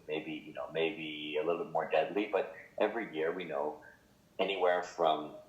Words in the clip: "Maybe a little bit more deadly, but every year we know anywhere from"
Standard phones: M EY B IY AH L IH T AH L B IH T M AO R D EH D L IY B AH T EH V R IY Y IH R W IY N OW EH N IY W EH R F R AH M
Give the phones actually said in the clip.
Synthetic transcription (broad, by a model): M EY B IY AH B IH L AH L B IH T M AO R D EH D L IY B AH T EH V R IY Y IH R W IY N OW EH N IY W EH R F R AH M